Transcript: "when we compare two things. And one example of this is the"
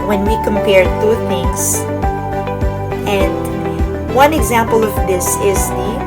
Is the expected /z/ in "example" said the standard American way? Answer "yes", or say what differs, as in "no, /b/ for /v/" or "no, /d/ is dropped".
yes